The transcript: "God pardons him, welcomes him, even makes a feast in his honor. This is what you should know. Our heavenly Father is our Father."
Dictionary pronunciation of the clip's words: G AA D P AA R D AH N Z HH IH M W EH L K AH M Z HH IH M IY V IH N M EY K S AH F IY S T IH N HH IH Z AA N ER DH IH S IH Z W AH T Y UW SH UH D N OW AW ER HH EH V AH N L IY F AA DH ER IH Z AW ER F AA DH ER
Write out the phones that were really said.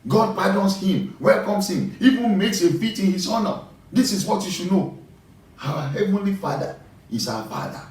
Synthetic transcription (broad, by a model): G AA D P AA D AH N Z HH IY M W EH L K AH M S HH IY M IY V IH N M EY K S AH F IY T IH N HH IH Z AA N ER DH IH S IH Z W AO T Y UW SH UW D N OW AW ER HH EH V AH N L IY F AA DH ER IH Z AW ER F AA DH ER